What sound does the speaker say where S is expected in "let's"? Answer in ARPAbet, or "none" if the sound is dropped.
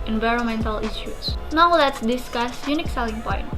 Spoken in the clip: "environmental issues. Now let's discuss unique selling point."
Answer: S